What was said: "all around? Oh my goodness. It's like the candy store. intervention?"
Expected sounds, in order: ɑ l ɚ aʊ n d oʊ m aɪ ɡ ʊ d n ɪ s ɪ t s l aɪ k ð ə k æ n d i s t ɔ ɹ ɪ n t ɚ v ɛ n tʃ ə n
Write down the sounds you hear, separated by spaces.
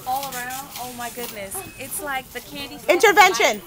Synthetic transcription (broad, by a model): ɑ l ɚ aʊ n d oʊ m aɪ ɡ ʊ d n ɪ s ɪ t s l aɪ k ð ə k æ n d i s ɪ n t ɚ v ɛ n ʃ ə n